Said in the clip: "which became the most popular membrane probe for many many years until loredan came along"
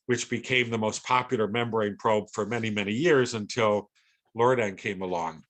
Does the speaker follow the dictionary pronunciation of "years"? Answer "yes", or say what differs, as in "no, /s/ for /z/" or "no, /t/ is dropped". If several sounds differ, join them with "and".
yes